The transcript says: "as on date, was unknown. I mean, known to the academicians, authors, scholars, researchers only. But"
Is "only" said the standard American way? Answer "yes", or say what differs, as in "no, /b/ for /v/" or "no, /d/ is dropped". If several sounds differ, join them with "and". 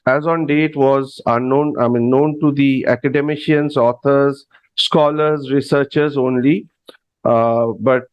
yes